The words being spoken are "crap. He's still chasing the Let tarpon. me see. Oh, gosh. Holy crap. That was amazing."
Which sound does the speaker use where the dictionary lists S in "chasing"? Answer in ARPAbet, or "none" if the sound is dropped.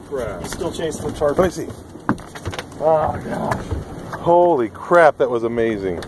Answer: none